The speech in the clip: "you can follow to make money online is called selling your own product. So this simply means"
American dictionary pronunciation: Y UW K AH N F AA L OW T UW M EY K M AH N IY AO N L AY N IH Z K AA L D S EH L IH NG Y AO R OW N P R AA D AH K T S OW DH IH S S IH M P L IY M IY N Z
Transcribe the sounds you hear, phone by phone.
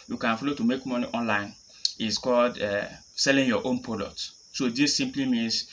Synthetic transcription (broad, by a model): Y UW K AH N F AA L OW T UW M EY K M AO N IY AO N L AY N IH S K AA L D S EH L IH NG Y AO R OW N P AA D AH T S OW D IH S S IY M P L IY M IY N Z